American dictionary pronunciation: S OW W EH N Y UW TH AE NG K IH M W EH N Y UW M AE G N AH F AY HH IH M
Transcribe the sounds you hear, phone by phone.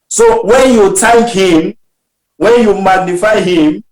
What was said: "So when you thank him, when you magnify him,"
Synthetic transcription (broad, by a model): S OW W EH N Y UW T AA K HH IH M W EH N Y UW M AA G N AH F AY HH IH M